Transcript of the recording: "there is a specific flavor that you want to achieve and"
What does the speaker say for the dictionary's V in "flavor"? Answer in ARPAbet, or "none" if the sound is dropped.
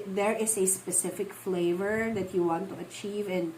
V